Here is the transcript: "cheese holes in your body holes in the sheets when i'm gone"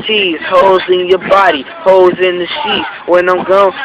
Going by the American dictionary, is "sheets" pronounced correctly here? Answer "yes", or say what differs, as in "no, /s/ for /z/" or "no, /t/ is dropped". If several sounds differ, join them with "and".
no, /s/ is dropped